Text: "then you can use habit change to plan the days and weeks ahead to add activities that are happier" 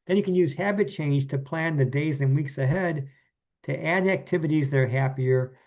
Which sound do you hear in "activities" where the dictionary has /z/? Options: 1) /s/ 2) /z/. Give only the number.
2